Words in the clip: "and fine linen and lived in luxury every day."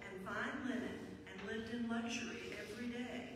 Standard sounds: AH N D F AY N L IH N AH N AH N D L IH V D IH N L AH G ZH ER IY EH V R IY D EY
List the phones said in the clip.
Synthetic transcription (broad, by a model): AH N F AY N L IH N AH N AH N L IH V D IH N L AH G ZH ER IY EH V R IY D EY